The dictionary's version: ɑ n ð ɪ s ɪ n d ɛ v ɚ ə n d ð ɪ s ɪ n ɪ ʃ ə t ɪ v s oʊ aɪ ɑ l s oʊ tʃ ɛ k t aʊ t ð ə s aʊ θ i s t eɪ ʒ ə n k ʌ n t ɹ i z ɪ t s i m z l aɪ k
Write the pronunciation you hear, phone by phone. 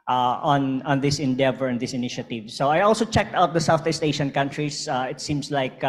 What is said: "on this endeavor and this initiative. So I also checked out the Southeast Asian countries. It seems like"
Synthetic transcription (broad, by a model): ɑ n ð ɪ s ɪ n d ɛ v ɚ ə n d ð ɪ s ɪ n ɪ ʃ ə t ɪ v s oʊ aɪ ɑ l s oʊ tʃ ɛ k t aʊ t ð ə s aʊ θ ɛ s t eɪ ʃ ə n k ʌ n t ɹ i s ɪ t s i m s l aɪ k